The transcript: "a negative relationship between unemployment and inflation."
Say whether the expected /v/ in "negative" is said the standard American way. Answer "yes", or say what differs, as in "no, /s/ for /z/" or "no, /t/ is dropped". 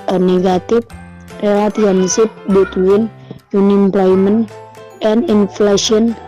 no, /f/ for /v/